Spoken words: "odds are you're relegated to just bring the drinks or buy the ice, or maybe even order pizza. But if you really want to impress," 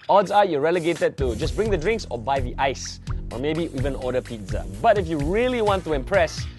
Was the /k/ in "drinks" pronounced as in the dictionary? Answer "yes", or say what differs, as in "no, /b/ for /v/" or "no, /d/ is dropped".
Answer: yes